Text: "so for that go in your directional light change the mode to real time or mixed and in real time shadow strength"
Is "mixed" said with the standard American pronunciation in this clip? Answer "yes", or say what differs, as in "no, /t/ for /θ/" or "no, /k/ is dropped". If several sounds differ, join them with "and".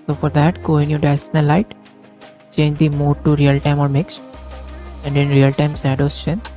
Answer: yes